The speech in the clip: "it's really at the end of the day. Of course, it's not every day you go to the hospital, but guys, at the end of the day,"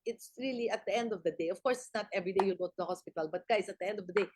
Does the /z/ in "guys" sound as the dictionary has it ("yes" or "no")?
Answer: no